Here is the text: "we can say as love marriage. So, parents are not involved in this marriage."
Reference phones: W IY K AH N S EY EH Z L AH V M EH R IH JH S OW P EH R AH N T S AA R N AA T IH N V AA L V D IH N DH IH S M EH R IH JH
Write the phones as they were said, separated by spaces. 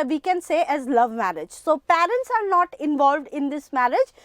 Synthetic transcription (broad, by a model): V IY K AH N S EY EH Z L AH V M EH R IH JH S OW P EH R AH N T S AA R N AA T IH N V AA L V D IH N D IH S M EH R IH JH